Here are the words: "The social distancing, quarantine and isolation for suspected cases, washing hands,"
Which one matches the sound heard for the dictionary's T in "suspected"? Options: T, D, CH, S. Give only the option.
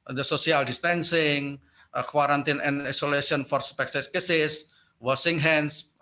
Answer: S